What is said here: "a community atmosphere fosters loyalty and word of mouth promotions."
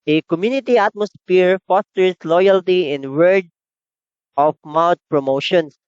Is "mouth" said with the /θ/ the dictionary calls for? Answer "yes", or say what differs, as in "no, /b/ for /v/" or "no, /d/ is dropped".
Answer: no, /t/ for /θ/